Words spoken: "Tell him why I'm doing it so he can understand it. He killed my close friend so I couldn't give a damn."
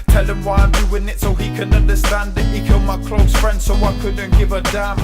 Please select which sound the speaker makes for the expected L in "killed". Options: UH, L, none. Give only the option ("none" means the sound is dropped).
L